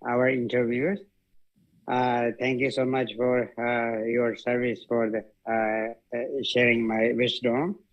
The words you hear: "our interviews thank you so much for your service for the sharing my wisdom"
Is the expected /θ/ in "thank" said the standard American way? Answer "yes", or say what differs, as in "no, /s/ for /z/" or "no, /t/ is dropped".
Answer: no, /t/ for /θ/